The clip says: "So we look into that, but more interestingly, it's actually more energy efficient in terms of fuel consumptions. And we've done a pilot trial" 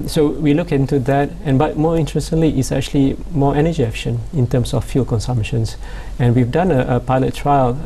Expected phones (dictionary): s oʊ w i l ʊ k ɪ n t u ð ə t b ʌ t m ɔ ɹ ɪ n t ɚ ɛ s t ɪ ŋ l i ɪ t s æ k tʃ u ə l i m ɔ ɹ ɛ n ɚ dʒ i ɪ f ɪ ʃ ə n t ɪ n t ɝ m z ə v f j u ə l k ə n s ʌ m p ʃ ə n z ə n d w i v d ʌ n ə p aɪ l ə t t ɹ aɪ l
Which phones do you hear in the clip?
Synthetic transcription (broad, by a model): s oʊ w i l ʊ k ɪ n t u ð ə t b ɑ t m ɔ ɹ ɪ n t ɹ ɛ s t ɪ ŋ l i ɪ t s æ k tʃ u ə l i m ɔ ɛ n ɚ dʒ i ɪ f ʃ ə n ɪ n t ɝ m s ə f j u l k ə n s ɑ m p ʃ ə n s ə n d w i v d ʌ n ə p aɪ l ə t t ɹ aɪ l